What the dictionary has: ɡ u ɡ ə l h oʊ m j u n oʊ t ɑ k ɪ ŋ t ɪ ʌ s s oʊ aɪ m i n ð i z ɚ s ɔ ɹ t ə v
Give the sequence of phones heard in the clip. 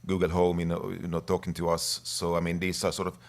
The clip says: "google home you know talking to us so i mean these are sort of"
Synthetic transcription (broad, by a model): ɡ u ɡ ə l h oʊ m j n oʊ t ɑ k ɪ ŋ t ɪ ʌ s s oʊ aɪ m i n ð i s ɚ s ɔ ɹ t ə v